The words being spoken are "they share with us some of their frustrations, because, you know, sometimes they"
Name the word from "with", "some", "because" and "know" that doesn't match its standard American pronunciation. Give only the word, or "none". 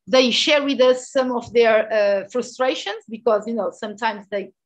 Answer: none